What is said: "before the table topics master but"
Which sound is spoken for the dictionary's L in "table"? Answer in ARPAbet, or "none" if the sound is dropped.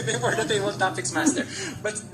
W